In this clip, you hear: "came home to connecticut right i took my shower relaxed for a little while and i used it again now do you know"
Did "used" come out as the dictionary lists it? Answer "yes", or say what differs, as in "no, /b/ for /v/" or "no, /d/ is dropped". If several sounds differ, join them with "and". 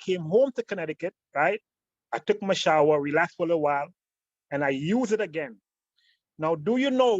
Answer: no, /d/ is dropped